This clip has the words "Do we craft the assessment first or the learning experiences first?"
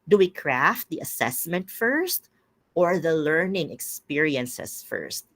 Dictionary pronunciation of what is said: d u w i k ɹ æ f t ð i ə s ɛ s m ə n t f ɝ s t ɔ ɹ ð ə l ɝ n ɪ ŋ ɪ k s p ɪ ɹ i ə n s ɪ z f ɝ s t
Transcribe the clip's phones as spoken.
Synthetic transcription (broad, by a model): d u w i k ɹ æ f t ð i ə s ɛ s m ə n t f ɝ s t ɔ ɹ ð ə l ɝ n ɪ ŋ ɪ k s p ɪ ɹ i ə n s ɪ s f ɝ s t